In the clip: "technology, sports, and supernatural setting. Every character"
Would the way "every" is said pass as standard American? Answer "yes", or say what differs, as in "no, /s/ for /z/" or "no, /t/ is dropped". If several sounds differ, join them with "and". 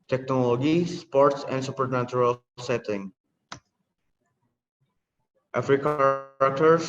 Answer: no, /f/ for /v/